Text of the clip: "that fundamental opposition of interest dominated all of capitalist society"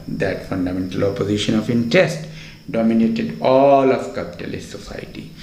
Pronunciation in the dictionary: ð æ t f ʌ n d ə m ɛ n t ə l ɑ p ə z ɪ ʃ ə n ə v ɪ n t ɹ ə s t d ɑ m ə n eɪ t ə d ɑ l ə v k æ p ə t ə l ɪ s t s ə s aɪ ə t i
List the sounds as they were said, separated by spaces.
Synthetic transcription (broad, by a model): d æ t f ʌ n d ə m ɛ n t ə l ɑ p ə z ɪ ʃ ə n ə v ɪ n t ə s t d ɑ m ə n eɪ t ə d ɑ l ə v k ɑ p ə t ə l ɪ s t s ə s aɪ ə t i